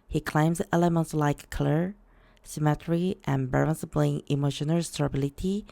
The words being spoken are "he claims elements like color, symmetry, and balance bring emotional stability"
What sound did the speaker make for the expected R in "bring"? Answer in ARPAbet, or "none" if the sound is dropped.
L